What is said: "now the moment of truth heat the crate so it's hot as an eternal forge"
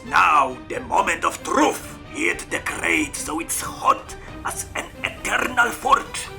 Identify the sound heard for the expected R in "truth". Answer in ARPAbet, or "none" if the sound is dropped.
R